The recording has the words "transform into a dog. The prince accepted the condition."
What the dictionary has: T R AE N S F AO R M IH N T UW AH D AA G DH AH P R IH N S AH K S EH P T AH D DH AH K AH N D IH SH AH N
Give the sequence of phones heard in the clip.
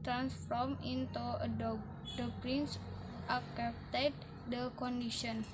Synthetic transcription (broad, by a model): T R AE N S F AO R M IH N T UW AH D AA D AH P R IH N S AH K EH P T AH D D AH K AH N D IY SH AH N